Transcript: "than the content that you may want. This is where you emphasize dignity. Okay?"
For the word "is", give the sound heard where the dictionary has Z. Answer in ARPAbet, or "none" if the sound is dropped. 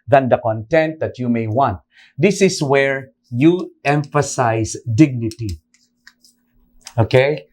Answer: S